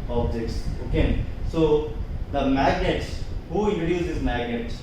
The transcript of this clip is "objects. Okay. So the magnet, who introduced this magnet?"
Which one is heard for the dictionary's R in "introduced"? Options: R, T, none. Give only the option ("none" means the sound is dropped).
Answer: none